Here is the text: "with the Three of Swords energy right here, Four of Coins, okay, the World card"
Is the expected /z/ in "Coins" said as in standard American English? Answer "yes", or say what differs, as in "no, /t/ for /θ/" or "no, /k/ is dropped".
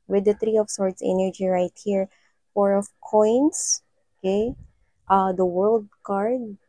no, /s/ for /z/